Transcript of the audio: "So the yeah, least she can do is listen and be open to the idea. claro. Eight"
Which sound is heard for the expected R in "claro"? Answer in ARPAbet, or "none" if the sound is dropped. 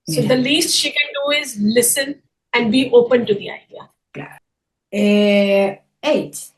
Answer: none